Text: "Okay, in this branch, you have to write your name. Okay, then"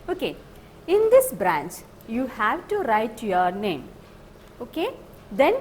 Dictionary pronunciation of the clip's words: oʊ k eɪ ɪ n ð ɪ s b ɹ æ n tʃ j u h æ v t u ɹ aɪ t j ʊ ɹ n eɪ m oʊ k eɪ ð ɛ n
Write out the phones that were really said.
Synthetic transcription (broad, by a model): oʊ k eɪ ɪ n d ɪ s b ɹ æ n tʃ j u h æ v t u ɹ aɪ t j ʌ ɹ n eɪ m oʊ k eɪ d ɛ n